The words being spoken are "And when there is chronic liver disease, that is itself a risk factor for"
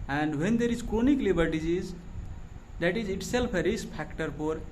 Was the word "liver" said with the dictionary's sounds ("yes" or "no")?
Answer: no